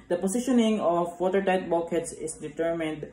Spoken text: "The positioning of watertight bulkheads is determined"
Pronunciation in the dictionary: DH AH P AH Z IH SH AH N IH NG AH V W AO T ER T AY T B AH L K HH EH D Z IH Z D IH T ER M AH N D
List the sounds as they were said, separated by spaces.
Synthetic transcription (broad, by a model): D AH P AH S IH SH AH N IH NG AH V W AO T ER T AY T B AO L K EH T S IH S D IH T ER M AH N D